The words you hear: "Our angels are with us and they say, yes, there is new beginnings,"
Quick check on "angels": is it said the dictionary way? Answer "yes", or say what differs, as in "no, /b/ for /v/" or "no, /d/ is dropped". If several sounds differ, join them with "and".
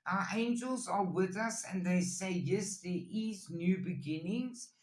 yes